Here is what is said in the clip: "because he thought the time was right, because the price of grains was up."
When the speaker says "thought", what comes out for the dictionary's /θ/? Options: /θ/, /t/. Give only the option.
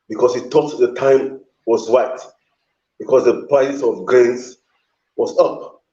/t/